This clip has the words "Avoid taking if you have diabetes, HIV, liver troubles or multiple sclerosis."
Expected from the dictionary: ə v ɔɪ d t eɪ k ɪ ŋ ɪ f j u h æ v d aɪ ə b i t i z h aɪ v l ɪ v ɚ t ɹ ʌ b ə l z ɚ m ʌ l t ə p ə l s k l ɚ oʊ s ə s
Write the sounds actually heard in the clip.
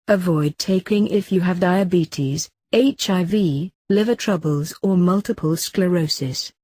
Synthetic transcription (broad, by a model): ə v ɔɪ d t eɪ k ɪ ŋ ɪ f j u v d aɪ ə b i t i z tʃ aɪ v l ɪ v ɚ t ɹ ʌ b ə l z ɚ m ʌ l t ə p ə l s k l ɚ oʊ s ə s